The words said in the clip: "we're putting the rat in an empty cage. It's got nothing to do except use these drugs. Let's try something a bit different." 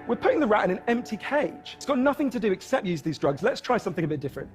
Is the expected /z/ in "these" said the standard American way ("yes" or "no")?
yes